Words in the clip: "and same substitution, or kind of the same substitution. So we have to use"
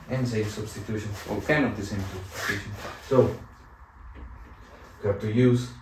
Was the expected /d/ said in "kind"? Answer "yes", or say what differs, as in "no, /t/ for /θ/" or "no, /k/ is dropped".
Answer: no, /d/ is dropped